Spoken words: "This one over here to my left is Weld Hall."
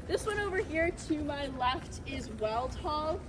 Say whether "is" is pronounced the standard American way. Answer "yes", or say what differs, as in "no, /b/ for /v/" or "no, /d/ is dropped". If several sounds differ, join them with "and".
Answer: yes